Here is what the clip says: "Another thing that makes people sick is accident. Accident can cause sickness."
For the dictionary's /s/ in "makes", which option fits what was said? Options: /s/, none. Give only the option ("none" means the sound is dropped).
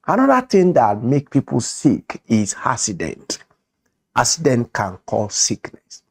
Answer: none